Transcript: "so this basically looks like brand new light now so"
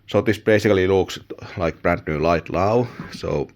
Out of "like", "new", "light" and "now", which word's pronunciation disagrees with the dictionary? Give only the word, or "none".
now